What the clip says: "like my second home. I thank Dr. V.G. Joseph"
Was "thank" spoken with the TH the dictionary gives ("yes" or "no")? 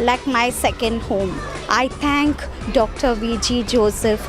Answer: no